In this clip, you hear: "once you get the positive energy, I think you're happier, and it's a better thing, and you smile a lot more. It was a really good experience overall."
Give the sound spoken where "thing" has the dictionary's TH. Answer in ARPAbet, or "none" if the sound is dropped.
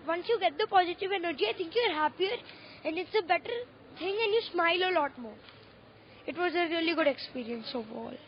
T